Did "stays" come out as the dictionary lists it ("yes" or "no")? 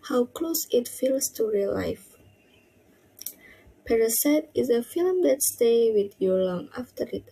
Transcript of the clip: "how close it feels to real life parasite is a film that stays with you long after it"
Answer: no